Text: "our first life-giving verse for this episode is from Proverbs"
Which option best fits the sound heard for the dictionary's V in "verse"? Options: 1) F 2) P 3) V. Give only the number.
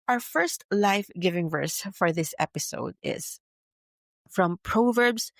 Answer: 3